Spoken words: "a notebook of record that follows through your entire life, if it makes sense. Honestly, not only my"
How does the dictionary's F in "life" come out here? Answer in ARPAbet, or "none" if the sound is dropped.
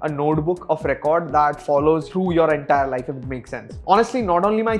none